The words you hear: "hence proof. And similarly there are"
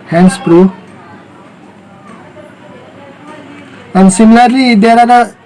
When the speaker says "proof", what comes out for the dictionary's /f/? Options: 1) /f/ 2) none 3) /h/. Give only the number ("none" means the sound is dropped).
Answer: 2